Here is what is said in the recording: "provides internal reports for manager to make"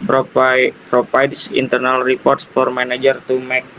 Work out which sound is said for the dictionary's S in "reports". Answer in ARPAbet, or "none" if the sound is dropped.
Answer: S